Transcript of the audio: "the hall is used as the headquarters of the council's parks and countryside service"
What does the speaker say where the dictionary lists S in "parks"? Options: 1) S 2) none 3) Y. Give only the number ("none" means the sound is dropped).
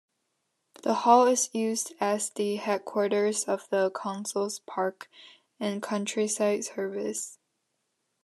2